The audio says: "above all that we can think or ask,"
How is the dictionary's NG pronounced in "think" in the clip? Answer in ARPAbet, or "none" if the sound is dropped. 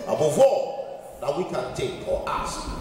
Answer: none